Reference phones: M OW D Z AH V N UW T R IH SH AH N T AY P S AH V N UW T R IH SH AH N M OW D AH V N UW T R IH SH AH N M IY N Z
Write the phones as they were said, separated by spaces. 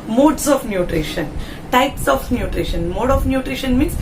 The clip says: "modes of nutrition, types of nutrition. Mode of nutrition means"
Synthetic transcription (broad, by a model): M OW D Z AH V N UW T R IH SH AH N T AY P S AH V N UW T R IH SH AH N M OW D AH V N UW T R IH SH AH N M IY N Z